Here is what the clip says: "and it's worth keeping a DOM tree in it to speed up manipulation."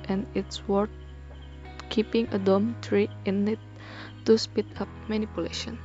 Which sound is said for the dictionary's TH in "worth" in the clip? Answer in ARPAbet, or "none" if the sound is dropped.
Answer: T